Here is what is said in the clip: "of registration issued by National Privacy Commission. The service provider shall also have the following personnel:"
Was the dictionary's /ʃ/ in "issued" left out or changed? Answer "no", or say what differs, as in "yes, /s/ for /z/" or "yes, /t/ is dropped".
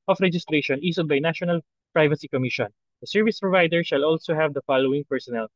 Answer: yes, /s/ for /ʃ/